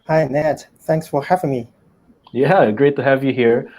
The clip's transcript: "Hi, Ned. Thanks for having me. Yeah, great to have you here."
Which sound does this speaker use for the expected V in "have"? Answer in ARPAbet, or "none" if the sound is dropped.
V